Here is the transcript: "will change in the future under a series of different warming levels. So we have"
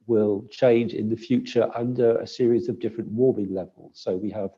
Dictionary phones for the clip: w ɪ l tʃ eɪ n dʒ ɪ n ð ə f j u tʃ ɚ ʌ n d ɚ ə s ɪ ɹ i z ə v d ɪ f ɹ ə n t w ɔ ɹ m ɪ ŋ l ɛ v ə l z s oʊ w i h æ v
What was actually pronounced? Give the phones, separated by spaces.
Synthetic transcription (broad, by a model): w ɪ l tʃ eɪ n dʒ ɪ n ð ə f j u tʃ ɚ ʌ n d ɚ ə s ɪ ɹ i z ə v d ɪ f ɹ ə n t w ɔ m ɪ ŋ l ɛ v ə l z s oʊ w i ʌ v